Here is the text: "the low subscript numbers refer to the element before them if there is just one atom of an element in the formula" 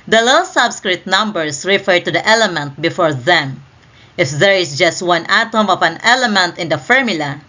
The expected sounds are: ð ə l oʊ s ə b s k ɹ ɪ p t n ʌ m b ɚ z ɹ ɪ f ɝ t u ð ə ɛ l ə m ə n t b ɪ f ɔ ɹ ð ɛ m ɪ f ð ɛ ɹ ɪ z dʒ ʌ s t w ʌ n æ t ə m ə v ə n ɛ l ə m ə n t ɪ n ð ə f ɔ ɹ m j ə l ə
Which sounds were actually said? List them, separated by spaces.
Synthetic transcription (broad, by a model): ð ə l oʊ s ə b s k ɹ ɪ t n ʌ m b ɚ s ɹ ɪ f ɝ t u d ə ɛ l ə m ə n t b ɪ f ɔ ɹ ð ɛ m ɪ f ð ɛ ɹ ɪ s dʒ ʌ s t w ʌ n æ t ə m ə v ə n ɛ l ə m ə n t ɪ n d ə f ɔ ɹ m j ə l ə